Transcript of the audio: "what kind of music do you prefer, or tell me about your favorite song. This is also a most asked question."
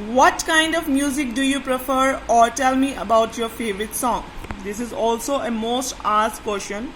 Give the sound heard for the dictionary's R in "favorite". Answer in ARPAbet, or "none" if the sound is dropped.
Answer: R